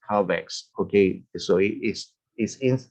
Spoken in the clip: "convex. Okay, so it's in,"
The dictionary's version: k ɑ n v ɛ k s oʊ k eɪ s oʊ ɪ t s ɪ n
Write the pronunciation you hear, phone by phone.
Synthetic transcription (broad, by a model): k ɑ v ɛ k s oʊ k eɪ s oʊ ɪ s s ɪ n